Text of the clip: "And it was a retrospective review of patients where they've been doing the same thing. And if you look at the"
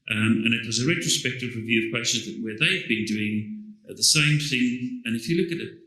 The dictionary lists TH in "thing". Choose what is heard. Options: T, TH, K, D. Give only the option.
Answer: TH